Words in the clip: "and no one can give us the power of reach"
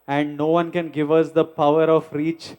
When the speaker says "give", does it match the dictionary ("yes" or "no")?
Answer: yes